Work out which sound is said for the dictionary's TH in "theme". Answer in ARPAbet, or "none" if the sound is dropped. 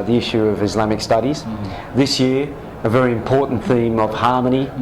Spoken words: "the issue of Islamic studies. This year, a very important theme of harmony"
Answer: TH